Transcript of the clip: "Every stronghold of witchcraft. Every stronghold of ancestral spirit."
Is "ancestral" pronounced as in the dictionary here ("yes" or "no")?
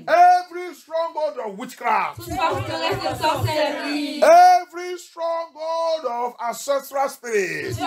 no